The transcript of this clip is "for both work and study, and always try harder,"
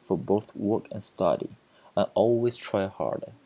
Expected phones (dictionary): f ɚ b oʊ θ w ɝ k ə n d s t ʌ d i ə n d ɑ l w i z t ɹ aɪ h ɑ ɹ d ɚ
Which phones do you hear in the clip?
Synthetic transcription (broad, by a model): f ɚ b oʊ θ w ɝ k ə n s t ʌ d i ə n ɑ l w i z t ɹ aɪ h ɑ ɹ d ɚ